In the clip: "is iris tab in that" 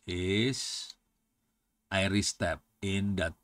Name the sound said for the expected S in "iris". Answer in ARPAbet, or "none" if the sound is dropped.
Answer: S